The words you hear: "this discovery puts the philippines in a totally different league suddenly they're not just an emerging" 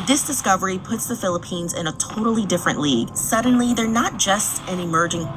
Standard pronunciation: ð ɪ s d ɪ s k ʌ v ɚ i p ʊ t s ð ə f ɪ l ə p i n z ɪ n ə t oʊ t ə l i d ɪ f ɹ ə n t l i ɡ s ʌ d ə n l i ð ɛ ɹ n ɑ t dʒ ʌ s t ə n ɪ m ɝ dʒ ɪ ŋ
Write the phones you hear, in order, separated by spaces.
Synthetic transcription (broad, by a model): ð ɪ s d ɪ s k ʌ v ɚ i p ʊ t s ð ə f ɪ l ə p i n z ɪ n ə t oʊ t l i d ɪ f ɹ ə n t l i ɡ s ʌ d n l i ð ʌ ɹ n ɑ t dʒ ʌ s t ə n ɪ m ɝ dʒ ɪ ŋ